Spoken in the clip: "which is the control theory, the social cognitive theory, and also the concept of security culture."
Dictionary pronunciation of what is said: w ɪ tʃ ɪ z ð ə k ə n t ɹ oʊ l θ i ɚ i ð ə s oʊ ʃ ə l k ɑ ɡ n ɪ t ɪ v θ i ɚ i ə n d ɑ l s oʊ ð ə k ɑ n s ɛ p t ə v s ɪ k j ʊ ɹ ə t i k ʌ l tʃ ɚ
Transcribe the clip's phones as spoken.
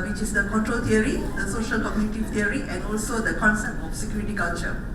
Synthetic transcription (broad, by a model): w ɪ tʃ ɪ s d ə k ə n t ɹ oʊ l t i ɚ i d ə s oʊ ʃ ə l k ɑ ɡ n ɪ t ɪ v t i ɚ i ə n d ɑ l s oʊ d ə k ɑ n s ɛ p t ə f s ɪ k j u ɹ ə t i k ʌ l tʃ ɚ